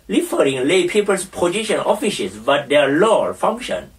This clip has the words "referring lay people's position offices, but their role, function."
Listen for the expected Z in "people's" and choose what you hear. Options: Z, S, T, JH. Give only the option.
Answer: S